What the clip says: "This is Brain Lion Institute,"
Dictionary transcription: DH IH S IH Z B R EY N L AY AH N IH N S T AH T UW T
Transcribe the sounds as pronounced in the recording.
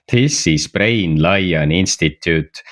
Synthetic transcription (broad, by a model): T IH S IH S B R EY N L AY AH N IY N S T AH T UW T